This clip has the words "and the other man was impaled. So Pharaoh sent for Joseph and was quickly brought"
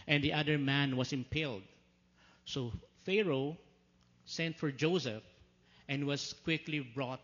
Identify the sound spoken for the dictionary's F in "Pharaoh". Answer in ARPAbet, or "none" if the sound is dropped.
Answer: F